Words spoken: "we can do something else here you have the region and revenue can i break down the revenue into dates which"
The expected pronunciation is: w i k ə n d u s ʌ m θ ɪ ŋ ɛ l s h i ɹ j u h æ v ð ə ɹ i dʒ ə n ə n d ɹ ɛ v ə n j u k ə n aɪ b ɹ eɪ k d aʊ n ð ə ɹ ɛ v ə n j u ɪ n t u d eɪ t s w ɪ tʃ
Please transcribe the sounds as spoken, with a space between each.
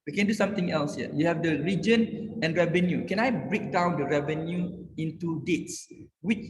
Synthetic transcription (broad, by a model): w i k ə n d u s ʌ m t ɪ ŋ ɛ l s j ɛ j u h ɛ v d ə ɹ i dʒ ə n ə n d ɹ ɛ v ə n j u k ə n aɪ b ɹ eɪ k d aʊ n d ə ɹ ɛ v ə n j u ɪ n t u d eɪ t s w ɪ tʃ